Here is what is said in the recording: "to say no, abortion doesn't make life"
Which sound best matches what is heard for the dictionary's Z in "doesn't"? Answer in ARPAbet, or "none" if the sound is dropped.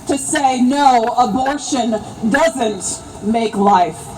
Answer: Z